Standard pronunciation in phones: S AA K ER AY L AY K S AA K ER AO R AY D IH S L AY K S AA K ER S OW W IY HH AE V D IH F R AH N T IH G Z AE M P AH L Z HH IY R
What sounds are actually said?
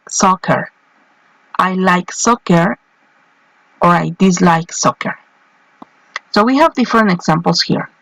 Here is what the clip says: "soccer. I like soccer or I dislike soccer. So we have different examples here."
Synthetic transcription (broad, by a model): S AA K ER AY L AY K S AA K ER AO R AY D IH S L AY K S AA K ER S OW W IY HH AE V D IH F R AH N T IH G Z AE M P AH L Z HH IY R